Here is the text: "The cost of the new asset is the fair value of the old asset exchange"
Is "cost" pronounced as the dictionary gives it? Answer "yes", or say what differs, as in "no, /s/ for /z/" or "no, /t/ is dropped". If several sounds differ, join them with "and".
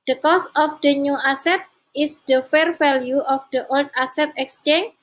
no, /t/ is dropped